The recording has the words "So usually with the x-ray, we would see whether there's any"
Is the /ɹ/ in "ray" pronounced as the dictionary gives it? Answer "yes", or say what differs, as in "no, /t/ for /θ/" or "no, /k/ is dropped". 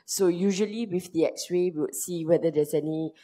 no, /w/ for /ɹ/